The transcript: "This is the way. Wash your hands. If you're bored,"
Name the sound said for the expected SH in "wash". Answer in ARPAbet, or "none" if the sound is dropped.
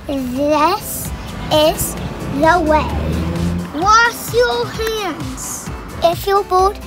S